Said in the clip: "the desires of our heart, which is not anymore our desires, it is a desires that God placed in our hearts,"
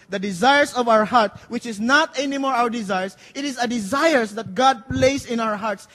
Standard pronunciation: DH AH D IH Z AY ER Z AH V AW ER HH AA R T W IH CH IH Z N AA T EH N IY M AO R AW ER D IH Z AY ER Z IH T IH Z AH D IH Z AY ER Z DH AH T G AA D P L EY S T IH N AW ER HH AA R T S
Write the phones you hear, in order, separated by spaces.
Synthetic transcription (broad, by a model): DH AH D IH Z AY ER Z AH V AW ER HH AA R T W IH CH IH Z N AA T EH N IY M AO R AW ER D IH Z AY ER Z IH T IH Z AH D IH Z AY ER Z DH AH T G AA D P L EY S IH N AW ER HH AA R T S